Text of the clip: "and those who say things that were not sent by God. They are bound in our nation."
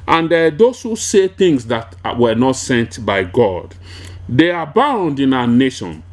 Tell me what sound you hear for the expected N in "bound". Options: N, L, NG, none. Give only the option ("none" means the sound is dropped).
N